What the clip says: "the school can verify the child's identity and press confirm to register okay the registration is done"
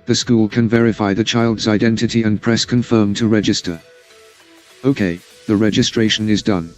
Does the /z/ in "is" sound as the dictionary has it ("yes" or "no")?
yes